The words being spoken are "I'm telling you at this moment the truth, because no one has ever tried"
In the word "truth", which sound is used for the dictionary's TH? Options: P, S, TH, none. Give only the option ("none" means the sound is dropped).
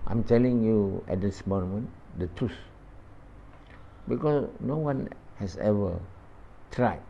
S